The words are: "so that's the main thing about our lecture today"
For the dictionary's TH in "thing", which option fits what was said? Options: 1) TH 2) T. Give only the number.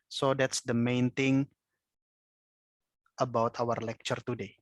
2